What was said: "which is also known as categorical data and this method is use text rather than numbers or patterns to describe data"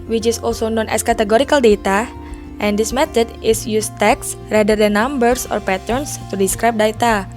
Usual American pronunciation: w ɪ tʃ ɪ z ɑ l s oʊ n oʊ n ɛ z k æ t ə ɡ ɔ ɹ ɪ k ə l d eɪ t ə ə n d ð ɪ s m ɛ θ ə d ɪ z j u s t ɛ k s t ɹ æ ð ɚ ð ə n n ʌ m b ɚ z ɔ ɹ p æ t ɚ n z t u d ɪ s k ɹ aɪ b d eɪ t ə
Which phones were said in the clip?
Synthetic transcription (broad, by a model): w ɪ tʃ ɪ s ɑ l s oʊ n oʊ n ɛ s k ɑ t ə ɡ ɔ ɹ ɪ k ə l d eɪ t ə ə n d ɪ s m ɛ t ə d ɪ s j u s t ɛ k s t ɹ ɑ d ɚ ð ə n n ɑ m b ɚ s ɔ ɹ p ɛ t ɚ n s t u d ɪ s k ɹ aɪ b d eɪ t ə